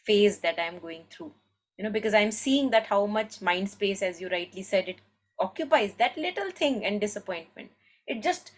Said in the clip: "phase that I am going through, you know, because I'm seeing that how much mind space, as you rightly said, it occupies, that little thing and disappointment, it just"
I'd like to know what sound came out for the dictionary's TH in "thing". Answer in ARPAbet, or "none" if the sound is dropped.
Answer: T